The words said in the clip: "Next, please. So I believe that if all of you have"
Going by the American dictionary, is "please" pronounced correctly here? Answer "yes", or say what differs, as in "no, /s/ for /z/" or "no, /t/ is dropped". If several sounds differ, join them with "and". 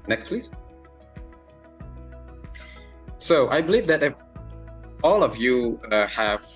no, /f/ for /p/